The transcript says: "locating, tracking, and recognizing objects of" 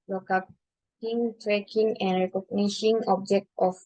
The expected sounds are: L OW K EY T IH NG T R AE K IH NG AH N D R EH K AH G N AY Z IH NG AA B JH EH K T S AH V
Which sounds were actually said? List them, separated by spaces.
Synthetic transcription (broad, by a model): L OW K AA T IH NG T R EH K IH NG AH N D R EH K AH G N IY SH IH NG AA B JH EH K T AH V